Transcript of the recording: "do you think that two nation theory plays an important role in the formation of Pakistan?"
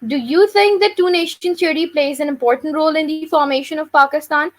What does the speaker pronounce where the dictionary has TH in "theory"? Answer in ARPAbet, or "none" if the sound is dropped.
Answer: S